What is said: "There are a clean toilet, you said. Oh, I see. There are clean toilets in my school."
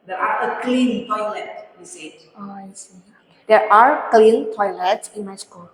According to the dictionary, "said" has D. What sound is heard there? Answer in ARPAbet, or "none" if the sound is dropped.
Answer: none